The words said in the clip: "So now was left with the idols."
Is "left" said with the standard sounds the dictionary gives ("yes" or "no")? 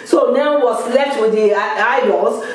no